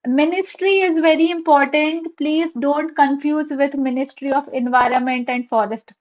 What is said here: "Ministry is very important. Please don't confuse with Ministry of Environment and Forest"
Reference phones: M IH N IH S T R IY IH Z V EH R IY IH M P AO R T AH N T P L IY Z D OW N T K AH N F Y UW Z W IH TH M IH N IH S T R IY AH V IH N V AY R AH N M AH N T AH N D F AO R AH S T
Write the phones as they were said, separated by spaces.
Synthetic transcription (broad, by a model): M IH N IH S T R IY IH Z V EH R IY IH M P AO R T AH N T P L IY Z D OW N T K AH N F Y UW Z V IH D M IH N IH S T R IY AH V IH N V AY R AH N M AH N T AH N D F AO R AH S T